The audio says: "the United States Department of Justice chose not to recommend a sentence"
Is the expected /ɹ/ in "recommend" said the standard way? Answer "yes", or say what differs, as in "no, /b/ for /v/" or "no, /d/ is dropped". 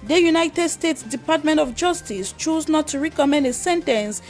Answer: yes